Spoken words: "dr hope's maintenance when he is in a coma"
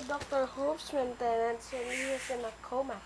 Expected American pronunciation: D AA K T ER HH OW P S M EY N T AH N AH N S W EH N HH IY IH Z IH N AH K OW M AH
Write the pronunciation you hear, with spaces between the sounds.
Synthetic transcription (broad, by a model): D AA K T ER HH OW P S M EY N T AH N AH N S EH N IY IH S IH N AH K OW M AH